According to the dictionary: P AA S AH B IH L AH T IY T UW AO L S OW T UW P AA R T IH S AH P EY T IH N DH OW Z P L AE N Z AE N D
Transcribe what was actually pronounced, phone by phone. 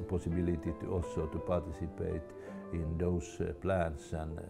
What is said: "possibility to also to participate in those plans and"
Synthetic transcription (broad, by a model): P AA S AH B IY L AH T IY T UW AO S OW T UW P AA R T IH S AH P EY T IH N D OW S P L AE N S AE N